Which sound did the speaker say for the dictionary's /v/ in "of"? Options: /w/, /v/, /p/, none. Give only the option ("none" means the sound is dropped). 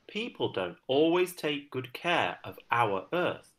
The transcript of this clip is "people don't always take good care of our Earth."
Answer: /v/